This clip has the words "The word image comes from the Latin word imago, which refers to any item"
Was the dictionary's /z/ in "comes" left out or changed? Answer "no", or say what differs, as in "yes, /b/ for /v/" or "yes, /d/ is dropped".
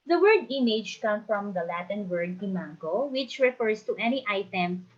yes, /z/ is dropped